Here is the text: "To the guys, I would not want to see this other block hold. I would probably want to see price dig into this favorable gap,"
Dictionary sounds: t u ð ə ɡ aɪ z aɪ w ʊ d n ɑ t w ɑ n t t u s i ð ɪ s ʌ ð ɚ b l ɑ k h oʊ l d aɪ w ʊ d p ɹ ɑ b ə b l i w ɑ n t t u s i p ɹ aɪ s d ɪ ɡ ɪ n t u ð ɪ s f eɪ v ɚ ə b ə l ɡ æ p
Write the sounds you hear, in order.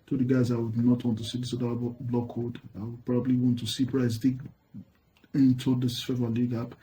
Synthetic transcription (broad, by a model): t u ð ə ɡ aɪ z aɪ w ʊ d n ɑ t w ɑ n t t u s i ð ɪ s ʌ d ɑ b l ɑ k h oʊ d aɪ w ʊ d p ɹ ɑ b ə b l i w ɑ n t t u s i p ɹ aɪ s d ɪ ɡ ɪ n t u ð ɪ s f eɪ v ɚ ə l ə ɡ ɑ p